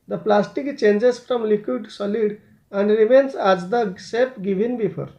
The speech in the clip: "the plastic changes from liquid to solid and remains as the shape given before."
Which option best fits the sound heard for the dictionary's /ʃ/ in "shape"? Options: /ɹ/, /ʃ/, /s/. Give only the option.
/s/